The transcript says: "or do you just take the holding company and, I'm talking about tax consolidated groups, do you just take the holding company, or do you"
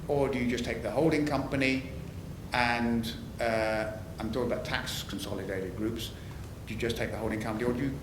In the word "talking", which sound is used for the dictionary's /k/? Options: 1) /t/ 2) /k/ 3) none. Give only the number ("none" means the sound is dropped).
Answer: 3